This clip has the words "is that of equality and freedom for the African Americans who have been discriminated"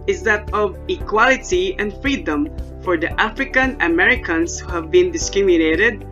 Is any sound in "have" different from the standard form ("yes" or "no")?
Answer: no